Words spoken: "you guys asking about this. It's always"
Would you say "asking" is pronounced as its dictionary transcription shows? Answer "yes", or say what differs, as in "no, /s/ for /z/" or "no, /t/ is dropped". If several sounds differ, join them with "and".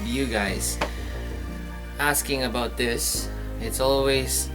yes